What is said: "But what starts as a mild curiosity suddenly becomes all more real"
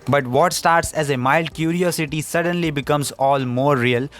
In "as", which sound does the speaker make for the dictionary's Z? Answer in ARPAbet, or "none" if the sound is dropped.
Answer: Z